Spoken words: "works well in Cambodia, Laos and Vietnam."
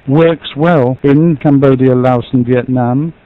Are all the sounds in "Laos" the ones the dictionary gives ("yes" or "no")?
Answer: yes